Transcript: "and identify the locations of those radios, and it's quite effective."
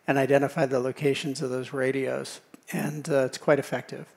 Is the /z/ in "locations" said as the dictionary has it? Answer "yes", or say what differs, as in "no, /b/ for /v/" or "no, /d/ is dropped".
yes